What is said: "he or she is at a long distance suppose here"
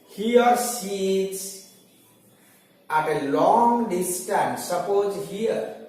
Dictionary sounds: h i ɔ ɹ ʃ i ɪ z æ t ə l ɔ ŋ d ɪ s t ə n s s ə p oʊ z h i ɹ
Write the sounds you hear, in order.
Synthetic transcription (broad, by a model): h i ɔ ɹ s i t s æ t ə l ɔ ŋ d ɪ s t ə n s s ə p oʊ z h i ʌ